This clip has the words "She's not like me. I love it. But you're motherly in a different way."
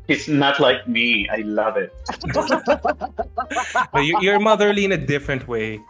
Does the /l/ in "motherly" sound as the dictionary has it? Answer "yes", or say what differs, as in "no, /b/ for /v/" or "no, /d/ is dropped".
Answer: yes